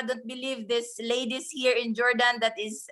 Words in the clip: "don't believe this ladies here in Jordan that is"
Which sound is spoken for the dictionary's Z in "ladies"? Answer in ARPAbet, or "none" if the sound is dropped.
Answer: S